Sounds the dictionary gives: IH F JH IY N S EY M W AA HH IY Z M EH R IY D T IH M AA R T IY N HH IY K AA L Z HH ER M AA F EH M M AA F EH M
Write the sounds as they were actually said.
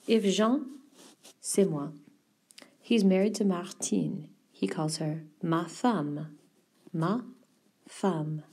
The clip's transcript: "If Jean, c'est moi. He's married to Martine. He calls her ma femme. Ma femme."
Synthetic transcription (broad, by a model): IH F ZH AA S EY M W AA HH IY Z M EH R IY D T IH M AA R T IY N HH IY K AA L Z HH ER M AA F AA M M AA F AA M